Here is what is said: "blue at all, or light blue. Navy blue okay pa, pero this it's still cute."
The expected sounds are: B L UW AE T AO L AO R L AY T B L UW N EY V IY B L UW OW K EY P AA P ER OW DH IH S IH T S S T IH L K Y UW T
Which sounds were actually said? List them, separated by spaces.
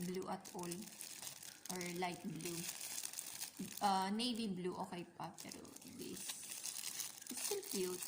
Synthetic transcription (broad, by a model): B L UW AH T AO L AO R L AY T B L UW N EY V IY B L UW OW K EY P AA P ER OW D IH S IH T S S T IH L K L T